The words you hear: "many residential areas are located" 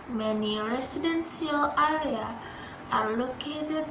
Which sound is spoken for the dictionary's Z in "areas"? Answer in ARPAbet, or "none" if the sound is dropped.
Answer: none